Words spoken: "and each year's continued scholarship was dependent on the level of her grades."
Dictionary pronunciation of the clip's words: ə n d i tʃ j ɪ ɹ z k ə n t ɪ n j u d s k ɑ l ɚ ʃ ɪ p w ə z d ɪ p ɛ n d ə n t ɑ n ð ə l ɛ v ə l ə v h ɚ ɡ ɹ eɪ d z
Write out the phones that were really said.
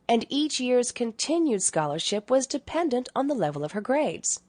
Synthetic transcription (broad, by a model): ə n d i tʃ j ɪ ɹ z k ə n t ɪ n j u d s k ɑ l ɚ ʃ ɪ p w ə z d ɪ p ɛ n d ə n t n ð ə l ɛ v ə l ə v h ɚ ɡ ɹ eɪ d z